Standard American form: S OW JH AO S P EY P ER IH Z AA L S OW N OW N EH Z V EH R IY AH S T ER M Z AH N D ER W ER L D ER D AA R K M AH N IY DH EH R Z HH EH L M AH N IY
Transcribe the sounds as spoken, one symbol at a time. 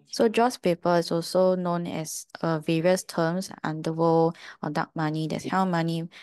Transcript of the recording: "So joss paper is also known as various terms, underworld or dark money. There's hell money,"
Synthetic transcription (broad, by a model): S OW JH AO S P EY P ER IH S AA L S OW N OW N EH S V EH R IY AH S T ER M S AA N D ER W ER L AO D AA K M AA N IY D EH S HH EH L M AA N IY